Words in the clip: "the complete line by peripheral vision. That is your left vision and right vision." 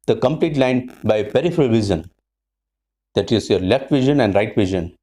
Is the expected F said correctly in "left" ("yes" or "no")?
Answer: yes